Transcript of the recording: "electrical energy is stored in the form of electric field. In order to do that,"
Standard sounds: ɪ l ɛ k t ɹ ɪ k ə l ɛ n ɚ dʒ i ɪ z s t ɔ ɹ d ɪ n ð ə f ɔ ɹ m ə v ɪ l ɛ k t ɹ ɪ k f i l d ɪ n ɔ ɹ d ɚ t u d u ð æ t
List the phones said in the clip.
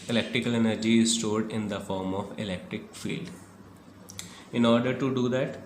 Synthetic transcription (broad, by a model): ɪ l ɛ k t ɹ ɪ k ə l ɛ n ɚ dʒ i ɪ z s t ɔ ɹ d ɪ n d ə f ɔ ɹ m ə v ɪ l ɛ k t ɹ ɪ k f i l d ɪ n ɔ ɹ d ɚ t u d u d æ t